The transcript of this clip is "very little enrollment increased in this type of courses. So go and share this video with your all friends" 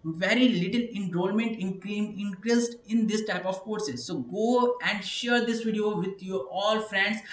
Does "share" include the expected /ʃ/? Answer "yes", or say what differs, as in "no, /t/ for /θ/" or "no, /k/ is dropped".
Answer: yes